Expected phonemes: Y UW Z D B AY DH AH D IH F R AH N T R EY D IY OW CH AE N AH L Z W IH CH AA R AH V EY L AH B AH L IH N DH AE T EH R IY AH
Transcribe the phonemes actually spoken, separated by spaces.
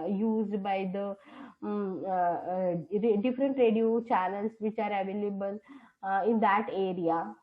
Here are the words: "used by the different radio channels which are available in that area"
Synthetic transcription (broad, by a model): Y UW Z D B AY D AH D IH F R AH N T R EY D IY OW CH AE L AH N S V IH CH AA R AH V EY L AH B AH L IH N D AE T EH R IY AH